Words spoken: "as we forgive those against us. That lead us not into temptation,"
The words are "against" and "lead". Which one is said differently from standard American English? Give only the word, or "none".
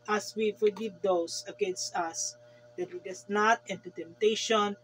lead